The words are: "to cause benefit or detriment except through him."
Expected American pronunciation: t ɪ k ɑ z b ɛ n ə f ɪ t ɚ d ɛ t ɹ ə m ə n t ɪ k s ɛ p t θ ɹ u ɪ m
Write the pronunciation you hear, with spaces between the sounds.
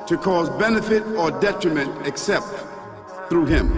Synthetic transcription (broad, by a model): t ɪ k ɑ z b ɛ n ə f ɪ t ɚ d ɛ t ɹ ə m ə n t ɪ k s ɛ p t θ ɹ u ɪ m